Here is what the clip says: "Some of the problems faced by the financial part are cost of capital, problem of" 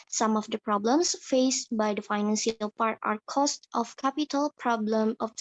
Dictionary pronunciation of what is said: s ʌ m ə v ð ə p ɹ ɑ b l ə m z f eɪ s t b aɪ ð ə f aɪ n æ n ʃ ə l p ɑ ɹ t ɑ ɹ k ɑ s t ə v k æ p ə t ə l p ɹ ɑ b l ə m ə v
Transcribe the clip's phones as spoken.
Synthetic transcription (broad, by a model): s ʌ m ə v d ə p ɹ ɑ b l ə m s f eɪ s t b aɪ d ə f aɪ n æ n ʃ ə l p ɑ ɹ t ɑ ɹ k ɑ s t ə f k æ p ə t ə l p ɹ ɑ b l ə m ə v